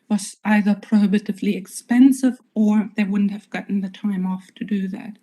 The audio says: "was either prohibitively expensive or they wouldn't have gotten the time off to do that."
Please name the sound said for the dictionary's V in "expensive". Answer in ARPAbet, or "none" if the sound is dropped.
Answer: V